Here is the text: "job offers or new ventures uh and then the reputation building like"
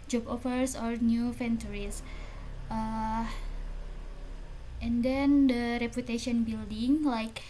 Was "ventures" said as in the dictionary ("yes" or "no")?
no